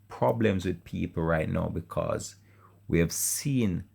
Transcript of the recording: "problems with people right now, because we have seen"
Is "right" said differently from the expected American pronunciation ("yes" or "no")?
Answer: no